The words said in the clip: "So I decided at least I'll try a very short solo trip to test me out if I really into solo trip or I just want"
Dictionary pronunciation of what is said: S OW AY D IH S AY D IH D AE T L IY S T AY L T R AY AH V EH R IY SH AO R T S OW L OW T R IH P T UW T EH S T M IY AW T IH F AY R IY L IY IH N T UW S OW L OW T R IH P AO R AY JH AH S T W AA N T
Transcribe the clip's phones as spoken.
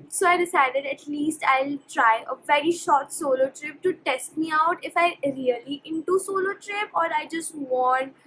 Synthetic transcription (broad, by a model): S OW AY D IH S AY D IH D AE T L IY S T AY L T R AY AH V EH R IY SH AO R T S OW L OW T R IH P T UW T EH S T M IY AW T IH F AY R IY L IY IH N T UW S OW L OW T R IH P AO R AY JH AH S T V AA N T